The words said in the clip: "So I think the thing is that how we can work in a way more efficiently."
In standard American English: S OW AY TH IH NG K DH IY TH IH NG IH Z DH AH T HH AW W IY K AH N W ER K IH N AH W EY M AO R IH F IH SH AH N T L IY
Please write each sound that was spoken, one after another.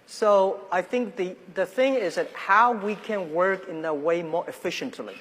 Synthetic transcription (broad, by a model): S OW AY TH IH NG K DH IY TH IH NG IH Z DH AH T HH AW W IY K AH N W ER K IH N AH W EY M AO R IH F IH SH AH N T L IY